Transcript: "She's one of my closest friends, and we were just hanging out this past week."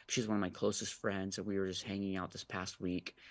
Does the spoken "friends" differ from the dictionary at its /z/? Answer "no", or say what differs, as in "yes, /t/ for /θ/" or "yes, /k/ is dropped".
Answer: no